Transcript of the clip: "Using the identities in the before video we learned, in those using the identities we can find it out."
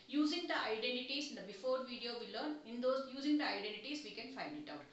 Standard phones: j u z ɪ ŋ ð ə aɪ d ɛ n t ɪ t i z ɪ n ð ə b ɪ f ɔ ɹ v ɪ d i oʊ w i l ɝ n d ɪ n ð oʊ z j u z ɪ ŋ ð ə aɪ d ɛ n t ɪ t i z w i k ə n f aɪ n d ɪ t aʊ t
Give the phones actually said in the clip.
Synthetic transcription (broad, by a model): j u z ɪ ŋ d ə aɪ d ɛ n t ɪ t i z ɪ n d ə b ɪ f ɔ ɹ v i d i oʊ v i l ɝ n ɪ n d oʊ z j u z ɪ ŋ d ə aɪ d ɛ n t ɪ t i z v i k ə n f aɪ n d ɪ t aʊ t